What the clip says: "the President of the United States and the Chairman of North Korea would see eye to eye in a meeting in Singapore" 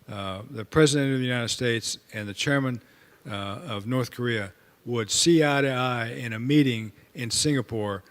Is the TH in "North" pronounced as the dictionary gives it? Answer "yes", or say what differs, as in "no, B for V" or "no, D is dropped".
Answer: yes